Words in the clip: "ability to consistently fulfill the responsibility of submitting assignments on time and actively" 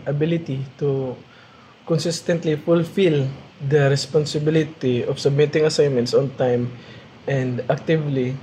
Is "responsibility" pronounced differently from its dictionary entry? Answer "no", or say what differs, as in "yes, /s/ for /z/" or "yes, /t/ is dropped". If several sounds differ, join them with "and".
no